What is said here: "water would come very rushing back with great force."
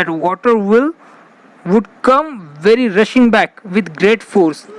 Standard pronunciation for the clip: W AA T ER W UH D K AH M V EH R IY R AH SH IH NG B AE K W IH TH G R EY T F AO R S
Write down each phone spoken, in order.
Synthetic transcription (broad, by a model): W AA T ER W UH D K AH M V EH R IY R AH SH IH NG B AE K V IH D G R EY T F AO R S